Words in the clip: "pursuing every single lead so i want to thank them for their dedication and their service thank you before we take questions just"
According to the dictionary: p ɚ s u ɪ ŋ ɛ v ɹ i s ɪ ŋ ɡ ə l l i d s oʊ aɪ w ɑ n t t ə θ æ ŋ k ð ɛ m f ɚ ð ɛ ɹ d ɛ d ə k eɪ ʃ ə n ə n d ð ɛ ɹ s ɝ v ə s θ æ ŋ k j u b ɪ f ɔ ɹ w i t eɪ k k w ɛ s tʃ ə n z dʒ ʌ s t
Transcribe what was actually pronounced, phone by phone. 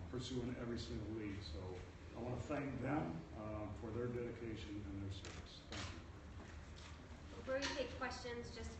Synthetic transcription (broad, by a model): p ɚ s u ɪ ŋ ɛ v ɹ i s ɪ ŋ ɡ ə l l i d s oʊ aɪ w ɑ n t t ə θ æ ŋ k ð ɛ m f ɚ ð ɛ ɹ d ɛ d ə k eɪ ʃ ə n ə n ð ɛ ɹ s ɝ v ə s θ æ ŋ k j u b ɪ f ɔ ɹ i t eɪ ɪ k w ɛ s tʃ ə n z dʒ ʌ s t